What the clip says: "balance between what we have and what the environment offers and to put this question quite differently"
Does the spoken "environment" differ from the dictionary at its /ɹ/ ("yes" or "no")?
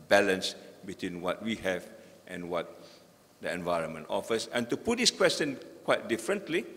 no